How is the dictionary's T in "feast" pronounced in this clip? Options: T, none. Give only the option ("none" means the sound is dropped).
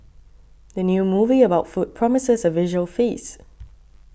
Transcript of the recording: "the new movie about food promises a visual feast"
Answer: none